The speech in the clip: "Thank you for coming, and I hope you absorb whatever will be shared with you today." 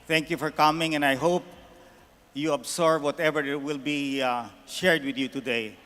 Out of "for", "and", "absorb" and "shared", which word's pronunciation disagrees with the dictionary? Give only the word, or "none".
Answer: absorb